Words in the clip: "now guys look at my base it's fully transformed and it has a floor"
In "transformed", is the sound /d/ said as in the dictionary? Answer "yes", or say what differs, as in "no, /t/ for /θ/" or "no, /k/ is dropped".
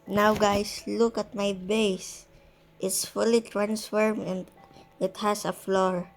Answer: no, /d/ is dropped